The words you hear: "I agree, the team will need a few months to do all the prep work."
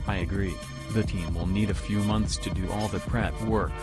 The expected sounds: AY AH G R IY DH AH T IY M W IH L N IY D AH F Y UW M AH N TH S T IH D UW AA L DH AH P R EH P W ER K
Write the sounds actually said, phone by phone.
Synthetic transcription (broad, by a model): AY AH G R IY DH AH T IY M W IH L N IY D AH F Y UW M AH N TH S T IH D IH AA L DH AH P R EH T W ER K